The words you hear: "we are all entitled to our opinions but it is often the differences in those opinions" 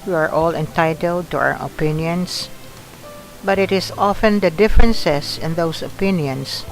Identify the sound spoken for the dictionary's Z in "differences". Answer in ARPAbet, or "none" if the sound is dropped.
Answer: S